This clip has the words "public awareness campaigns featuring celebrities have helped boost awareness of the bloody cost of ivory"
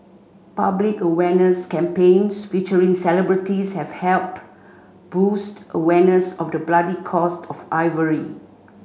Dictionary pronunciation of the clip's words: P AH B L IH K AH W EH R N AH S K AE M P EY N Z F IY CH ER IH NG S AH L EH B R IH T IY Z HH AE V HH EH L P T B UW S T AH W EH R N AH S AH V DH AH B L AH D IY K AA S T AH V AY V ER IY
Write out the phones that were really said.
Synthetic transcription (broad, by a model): P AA B L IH K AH W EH N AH S K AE M P EY N S F IY CH ER IH NG S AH L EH B R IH T IY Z HH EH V HH EH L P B UW S T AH W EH N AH S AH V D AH B L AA D IY K AA S T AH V AY V ER IY